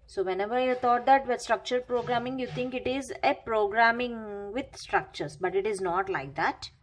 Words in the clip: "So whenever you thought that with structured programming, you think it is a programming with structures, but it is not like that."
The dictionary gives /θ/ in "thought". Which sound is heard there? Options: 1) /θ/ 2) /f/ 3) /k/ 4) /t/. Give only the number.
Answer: 4